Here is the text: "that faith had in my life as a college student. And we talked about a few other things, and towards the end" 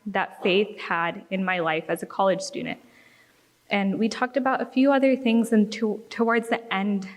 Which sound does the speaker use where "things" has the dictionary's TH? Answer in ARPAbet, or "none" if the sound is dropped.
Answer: TH